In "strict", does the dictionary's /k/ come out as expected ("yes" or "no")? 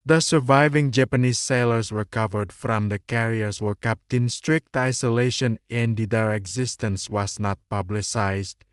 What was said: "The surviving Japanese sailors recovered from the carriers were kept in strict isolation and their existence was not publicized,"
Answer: yes